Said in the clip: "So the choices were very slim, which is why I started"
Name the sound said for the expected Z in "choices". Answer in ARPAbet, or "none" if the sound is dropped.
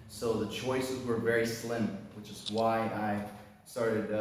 Z